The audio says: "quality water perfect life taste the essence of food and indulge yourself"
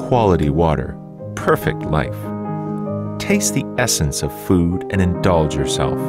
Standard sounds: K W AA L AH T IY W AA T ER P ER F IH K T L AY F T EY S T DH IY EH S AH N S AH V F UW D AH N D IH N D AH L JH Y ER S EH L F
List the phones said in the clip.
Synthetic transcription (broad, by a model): K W AA L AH T IY W AA T ER P ER F IH K T L AY F T EY S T DH IY EH S AH N S AH V F UW D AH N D IH N D AH L JH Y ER S EH L F